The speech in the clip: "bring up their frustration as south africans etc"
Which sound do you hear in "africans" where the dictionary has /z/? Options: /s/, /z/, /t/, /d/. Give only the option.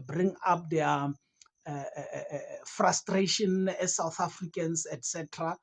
/s/